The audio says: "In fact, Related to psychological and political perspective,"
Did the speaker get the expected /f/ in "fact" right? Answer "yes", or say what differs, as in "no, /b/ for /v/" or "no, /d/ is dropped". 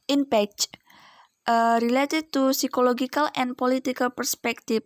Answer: no, /p/ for /f/